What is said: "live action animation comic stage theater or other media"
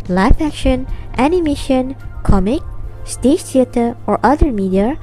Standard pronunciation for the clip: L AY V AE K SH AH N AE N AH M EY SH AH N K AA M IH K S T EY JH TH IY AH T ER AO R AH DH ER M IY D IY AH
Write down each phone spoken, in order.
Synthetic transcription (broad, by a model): L AY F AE K SH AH N AE N AH M EY SH AH N K AA M IH K S T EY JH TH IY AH T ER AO R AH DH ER M IY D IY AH